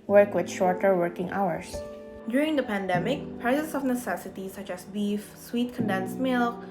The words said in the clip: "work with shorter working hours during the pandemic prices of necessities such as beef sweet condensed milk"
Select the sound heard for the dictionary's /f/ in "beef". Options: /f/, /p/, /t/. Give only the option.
/f/